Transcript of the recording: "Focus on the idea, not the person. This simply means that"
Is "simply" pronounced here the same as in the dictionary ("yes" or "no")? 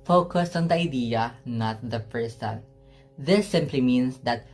yes